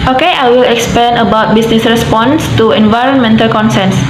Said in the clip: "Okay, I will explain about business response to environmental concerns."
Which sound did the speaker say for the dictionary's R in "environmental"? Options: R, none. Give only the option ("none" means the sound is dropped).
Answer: R